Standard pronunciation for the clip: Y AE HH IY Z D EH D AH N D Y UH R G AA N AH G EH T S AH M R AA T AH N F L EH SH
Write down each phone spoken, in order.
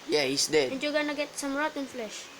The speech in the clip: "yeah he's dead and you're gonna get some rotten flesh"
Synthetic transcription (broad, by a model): Y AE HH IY S D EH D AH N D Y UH G AA N AH G EH T S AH M R AA T AH N F L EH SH